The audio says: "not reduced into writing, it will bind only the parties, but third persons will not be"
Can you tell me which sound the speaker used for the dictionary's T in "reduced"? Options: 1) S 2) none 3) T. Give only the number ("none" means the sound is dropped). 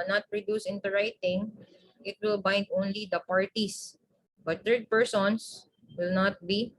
2